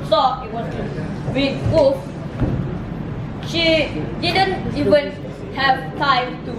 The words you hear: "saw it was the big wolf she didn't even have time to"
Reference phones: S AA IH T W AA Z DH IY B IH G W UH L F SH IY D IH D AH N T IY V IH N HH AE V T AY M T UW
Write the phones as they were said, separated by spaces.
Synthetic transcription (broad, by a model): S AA IH T W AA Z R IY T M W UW F SH IY D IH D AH N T IY V IH N HH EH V T AY M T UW